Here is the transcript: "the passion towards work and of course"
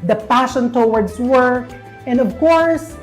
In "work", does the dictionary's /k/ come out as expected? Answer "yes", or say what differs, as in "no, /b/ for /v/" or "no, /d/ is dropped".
no, /k/ is dropped